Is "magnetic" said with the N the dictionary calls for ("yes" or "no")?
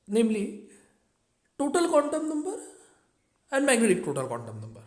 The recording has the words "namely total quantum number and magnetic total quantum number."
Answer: no